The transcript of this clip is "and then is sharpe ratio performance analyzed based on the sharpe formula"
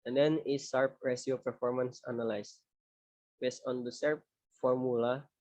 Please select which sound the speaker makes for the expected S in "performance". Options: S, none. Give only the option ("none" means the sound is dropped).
S